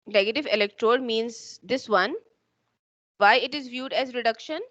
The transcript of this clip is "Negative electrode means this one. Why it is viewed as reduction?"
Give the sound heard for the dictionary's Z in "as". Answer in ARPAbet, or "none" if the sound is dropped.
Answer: Z